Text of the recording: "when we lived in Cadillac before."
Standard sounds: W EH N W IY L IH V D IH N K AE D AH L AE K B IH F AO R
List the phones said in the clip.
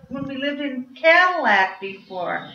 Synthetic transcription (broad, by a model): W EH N W IY L IH V D IH N K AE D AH L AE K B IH F AO R